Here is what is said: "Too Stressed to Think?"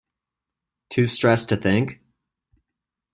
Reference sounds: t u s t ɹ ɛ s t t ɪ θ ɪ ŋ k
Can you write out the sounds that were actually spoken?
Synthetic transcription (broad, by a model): t u s t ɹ ɛ s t t ɪ θ ɪ ŋ k